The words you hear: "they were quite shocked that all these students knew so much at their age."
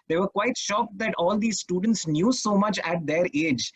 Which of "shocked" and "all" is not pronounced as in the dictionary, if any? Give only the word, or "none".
none